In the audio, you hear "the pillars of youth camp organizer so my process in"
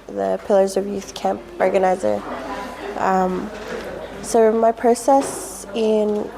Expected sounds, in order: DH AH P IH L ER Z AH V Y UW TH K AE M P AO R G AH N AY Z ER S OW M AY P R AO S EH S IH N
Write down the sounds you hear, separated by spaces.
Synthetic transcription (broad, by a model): DH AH P IH L ER Z AH V Y UW TH K AE M P AO R G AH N AY Z ER S OW M AY P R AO S EH S IH N